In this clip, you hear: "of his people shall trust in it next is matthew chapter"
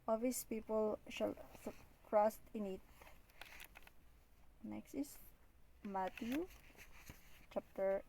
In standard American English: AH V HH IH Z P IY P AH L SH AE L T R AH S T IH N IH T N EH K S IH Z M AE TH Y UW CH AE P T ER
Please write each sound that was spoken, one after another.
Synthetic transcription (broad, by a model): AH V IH S P IY P AH L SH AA L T R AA S T IH N IH T N EH K S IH S M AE T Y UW CH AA P T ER